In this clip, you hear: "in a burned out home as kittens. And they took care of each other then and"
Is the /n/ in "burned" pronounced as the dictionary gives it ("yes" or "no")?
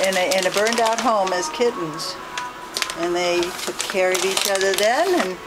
yes